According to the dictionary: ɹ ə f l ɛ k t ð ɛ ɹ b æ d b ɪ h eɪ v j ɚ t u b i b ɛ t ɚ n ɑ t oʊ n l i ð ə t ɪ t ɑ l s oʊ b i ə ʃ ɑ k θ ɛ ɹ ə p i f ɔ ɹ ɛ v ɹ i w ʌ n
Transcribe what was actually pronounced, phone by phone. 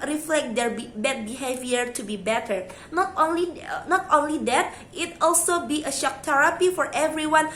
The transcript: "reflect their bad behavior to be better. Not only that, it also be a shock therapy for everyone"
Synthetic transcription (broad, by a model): ɹ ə f l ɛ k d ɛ ɹ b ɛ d b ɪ h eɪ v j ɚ t u b i b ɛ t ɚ n ɑ t oʊ n l i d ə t ɪ t ɑ l s oʊ b i ə ʃ ɑ k t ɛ ɹ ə p i f ɔ ɹ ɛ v ɹ i w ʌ n